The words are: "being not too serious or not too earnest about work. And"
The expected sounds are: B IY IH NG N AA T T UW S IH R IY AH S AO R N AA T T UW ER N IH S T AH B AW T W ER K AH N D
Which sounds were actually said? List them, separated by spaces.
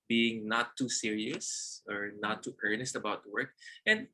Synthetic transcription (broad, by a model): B IY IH NG N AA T T UW S IH R IY AH S AO R N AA T T ER N IH S T AH B AW T W ER K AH N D